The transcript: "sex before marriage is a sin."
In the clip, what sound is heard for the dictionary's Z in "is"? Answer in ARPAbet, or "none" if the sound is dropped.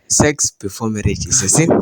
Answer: S